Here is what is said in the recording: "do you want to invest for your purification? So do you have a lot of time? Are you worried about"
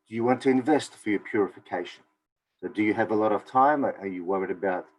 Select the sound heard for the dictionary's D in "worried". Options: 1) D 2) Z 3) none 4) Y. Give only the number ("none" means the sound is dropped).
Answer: 1